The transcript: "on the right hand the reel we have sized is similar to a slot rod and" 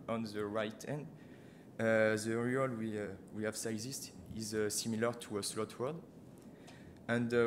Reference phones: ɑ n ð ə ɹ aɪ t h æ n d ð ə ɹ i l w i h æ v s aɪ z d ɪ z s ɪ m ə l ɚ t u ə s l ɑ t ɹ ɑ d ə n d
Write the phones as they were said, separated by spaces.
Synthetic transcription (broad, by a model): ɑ n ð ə ɹ aɪ t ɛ n d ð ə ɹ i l w i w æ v s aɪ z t ɪ z s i m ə l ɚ t u ə s l ɑ t w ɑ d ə n d